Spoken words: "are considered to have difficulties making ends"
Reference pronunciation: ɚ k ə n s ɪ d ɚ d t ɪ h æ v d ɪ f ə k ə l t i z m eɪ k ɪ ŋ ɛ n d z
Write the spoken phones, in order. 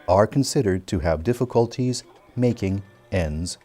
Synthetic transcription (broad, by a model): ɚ k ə n s ɪ d ɚ d t ɪ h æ v d ɪ f ə k ə l t i z m eɪ k ɪ ŋ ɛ n d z